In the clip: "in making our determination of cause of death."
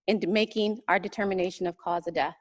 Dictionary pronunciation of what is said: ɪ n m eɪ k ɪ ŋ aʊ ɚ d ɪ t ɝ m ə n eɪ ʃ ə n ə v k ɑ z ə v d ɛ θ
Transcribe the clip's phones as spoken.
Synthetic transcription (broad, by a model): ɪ n m eɪ k ɪ ŋ aʊ ɚ d ɪ t ɝ m ə n eɪ ʃ ə n ə v k ɑ z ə d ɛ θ